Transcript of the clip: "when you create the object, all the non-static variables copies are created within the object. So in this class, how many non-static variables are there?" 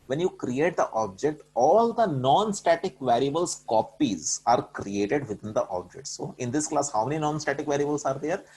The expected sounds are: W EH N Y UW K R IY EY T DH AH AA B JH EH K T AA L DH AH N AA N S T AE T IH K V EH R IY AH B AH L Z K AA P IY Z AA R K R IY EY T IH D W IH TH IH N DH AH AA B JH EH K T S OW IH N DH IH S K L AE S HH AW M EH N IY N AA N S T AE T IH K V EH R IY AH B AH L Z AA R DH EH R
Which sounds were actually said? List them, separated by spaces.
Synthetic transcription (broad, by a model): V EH N Y UW K R IY EY T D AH AA B JH EH K T AA L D AH N AA N S T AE T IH K V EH R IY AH B AH L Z K AA P IY Z AA R K R IY EY T IH D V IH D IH N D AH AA B JH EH K T S OW IH N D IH S K L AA S HH AW M EH N IY N AA N S T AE T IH K V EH R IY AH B AH L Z AA R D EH R